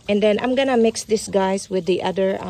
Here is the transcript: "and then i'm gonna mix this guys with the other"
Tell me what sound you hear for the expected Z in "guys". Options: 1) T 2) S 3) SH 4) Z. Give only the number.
2